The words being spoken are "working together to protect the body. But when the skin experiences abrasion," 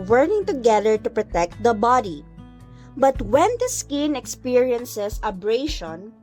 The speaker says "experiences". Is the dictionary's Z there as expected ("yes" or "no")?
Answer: no